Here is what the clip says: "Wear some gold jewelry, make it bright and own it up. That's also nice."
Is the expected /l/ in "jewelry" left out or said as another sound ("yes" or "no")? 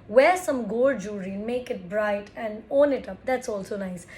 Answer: yes